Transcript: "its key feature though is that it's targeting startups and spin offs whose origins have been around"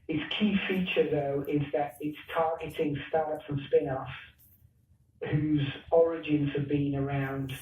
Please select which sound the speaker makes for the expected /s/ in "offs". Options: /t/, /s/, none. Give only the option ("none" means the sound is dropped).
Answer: none